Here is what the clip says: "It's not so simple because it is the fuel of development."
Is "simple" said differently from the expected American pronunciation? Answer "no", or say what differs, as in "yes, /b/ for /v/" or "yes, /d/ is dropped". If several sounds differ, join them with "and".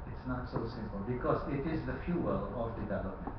no